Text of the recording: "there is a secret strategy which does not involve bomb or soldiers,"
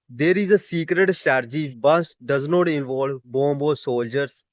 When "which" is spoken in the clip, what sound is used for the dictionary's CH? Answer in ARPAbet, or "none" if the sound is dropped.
S